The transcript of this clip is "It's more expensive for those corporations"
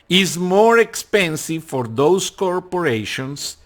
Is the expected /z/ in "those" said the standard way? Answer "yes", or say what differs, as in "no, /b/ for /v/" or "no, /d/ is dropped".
no, /s/ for /z/